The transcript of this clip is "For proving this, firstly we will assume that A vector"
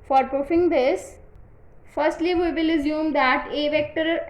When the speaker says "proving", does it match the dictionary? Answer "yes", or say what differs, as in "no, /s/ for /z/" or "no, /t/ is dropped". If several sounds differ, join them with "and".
no, /f/ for /v/